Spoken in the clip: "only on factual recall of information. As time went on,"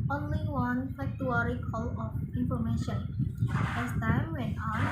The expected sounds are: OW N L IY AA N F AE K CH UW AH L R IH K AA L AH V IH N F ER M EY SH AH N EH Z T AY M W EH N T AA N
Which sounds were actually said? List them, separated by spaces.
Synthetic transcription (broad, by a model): OW N L IY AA N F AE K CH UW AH R IH K AA L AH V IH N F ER M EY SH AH N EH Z T AY M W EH N AA